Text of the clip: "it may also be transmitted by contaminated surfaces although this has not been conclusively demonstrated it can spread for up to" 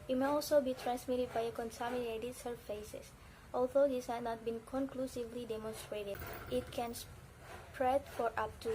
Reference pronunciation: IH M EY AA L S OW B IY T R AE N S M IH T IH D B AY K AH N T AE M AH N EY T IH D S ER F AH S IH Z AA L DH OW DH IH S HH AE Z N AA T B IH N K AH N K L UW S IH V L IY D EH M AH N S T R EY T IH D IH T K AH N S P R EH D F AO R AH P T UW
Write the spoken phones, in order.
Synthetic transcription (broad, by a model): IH M EY AA L S OW B IY T R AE N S M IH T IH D B AY K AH N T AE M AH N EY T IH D S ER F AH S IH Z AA L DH OW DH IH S HH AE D N AA T B IH N K AH N K L UW S IH V L IY D EH M AH N S T R EY T IH D IH T K AH N S P R EH D F AO R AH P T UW